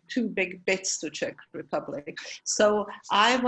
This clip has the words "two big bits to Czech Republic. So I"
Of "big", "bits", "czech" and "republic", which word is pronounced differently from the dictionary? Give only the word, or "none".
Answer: none